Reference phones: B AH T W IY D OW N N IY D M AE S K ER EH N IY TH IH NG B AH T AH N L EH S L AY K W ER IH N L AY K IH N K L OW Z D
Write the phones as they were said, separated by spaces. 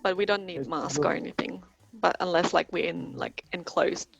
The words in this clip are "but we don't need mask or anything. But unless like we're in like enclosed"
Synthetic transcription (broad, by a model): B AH T W IY D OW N N IY D M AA S K ER EH N IY TH IH NG B AH T AH N L EH S L AY K W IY IH N L AY K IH N K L OW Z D